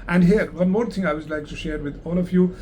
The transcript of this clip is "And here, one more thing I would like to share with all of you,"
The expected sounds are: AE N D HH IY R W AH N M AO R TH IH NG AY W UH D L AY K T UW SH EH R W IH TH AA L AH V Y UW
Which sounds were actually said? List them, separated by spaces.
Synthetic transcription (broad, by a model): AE N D HH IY R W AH N M AO R T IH NG AY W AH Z L AY K T UW SH EH R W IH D AA L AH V Y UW